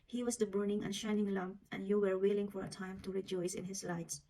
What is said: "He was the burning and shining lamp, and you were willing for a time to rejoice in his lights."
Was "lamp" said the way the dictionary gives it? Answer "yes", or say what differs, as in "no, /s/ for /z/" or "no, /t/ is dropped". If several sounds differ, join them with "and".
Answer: no, /p/ is dropped